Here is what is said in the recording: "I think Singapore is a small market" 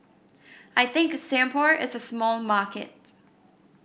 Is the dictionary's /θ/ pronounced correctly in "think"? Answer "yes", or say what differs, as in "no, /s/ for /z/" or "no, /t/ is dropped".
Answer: yes